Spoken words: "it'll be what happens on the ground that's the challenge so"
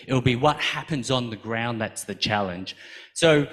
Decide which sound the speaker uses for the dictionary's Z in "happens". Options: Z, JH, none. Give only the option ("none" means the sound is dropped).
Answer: Z